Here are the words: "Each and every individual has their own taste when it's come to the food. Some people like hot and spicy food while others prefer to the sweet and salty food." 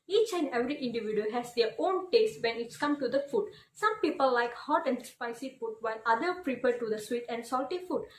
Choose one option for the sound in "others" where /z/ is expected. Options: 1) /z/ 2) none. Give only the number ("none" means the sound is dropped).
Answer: 2